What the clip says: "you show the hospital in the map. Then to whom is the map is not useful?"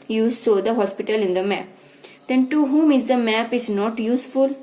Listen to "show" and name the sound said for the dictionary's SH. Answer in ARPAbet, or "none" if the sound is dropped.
S